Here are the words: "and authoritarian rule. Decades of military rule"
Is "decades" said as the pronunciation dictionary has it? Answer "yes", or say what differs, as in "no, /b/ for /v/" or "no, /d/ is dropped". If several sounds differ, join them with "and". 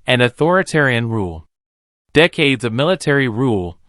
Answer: yes